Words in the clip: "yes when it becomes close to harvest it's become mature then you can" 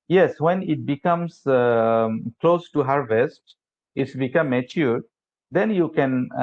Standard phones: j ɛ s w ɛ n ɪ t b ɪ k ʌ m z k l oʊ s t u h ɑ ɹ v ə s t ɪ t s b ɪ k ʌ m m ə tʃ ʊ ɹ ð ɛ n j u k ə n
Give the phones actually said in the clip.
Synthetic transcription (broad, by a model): j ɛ s w ɛ n ɪ t b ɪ k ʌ m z k l oʊ s t u h ɑ ɹ v ə s t ɪ t s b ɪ k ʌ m m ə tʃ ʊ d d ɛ n j u k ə n